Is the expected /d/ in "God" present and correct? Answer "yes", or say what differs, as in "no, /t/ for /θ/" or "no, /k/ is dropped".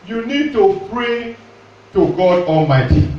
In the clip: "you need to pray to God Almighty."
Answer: yes